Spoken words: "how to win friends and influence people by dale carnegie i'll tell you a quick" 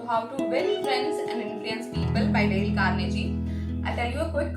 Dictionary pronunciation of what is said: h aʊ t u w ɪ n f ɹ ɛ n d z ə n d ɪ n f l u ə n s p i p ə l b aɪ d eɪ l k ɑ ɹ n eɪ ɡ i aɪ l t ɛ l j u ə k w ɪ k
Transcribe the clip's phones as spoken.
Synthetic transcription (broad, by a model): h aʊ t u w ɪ l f ɹ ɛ n d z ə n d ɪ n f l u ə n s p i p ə l b aɪ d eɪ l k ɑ ɹ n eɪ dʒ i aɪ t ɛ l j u ə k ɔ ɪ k